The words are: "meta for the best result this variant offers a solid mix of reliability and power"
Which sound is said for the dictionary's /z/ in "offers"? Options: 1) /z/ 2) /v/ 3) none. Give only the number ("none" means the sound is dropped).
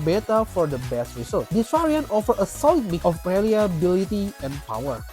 3